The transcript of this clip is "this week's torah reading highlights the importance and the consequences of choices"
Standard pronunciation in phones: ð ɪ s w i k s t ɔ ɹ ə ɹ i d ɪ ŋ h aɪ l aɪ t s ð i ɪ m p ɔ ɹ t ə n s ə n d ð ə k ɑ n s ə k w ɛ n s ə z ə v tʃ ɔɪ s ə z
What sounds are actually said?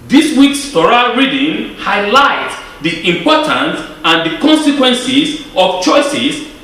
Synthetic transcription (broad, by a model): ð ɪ s w i k s t ɔ ɹ ə ɹ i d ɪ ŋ h aɪ l aɪ t s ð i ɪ m p ɔ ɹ t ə n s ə n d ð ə k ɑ n s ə k w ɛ n s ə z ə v tʃ ɔɪ s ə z